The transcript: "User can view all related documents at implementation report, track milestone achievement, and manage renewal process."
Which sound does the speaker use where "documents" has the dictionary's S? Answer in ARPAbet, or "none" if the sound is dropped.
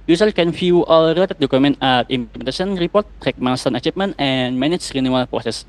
none